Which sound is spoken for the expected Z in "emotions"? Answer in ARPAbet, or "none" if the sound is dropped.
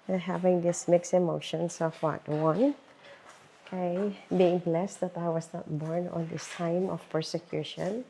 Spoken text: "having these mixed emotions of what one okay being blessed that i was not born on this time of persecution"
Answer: S